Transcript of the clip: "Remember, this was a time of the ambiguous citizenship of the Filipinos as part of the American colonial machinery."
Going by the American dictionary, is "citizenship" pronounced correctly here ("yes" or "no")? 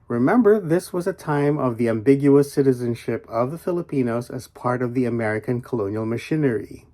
yes